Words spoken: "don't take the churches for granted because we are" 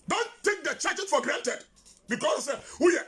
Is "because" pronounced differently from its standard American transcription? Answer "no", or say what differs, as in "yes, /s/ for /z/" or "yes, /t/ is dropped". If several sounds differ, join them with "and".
yes, /s/ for /z/